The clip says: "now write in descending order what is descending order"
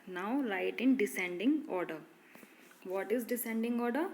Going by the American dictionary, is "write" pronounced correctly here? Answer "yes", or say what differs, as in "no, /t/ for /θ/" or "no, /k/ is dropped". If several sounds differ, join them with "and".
no, /l/ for /ɹ/